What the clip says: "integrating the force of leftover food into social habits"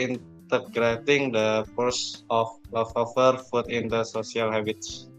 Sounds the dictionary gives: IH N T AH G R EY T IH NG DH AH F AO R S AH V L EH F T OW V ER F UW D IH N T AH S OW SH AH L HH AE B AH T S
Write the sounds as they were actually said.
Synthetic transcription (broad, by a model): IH N T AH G R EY T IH NG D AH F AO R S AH F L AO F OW F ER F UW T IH N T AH S OW S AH L HH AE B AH T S